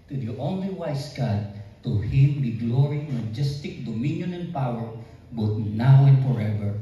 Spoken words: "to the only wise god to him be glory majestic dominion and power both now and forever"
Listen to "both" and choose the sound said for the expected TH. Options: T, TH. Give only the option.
T